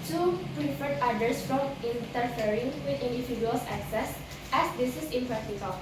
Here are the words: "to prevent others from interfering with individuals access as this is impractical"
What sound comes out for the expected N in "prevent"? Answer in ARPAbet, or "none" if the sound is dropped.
none